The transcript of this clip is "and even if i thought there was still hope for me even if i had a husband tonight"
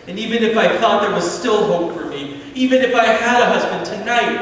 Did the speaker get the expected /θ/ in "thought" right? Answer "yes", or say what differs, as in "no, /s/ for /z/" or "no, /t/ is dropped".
yes